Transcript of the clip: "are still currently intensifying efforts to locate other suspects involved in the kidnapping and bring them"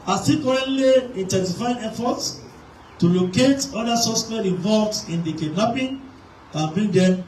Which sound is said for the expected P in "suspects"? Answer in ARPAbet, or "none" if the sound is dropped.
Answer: none